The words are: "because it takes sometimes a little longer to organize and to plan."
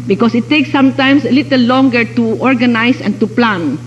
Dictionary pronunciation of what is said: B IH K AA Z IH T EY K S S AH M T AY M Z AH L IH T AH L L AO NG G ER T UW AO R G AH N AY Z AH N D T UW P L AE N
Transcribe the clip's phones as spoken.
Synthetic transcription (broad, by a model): B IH K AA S IH T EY K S S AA M T AY M S AH L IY T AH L L AO NG G ER T UW AO R G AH N AY S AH N T UW P L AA N